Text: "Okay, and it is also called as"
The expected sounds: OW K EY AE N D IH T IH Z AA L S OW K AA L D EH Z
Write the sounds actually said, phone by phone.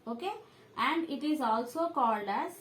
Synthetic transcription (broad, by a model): OW K EY AE N D IH T IH Z AA L S OW K AA L D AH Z